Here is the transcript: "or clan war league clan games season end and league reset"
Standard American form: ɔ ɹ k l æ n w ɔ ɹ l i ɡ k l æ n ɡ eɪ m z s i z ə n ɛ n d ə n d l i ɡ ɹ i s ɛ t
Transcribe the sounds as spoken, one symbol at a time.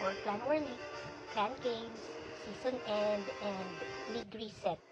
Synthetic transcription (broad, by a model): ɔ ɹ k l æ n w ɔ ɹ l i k æ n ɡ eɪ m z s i s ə n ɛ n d ə n d l i ɡ ɹ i s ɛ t